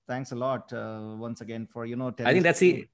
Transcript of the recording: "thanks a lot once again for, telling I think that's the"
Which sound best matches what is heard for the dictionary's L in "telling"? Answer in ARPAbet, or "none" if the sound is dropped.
N